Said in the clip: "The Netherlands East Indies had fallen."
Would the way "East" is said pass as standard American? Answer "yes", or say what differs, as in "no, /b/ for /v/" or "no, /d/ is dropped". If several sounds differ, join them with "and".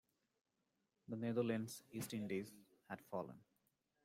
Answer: yes